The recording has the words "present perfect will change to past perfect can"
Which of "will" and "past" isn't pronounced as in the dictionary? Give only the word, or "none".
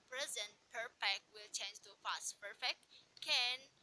past